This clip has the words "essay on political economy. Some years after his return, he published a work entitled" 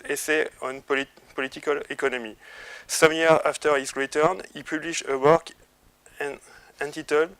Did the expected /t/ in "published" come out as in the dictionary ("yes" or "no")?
no